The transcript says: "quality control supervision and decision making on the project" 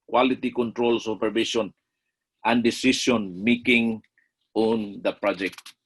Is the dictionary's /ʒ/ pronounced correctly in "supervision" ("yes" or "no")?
no